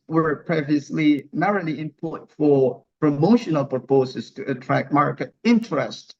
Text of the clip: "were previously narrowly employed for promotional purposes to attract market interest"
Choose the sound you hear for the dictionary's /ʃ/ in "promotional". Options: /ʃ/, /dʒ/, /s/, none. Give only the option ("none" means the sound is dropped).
/ʃ/